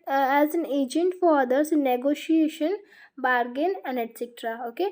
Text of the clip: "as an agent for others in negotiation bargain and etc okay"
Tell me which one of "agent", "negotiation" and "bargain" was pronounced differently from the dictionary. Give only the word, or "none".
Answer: none